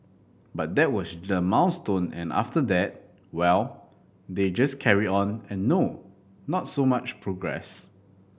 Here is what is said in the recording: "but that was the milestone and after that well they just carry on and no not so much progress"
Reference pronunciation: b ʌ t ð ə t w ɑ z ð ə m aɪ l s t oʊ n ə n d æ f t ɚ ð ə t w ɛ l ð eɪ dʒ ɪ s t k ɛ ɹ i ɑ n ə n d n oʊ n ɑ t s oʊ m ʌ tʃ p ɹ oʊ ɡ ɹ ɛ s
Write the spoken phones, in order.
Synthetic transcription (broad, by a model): b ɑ t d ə t w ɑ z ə m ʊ n s t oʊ n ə n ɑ f t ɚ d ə t w ɛ l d eɪ dʒ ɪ s k ɛ ɹ i ɑ n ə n n oʊ n ɑ t s oʊ m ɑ tʃ p ɹ oʊ ɡ ɹ ɛ s